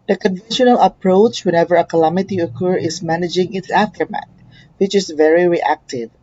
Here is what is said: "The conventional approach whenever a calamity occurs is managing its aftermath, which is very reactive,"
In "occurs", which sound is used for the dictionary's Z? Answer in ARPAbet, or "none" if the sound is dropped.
none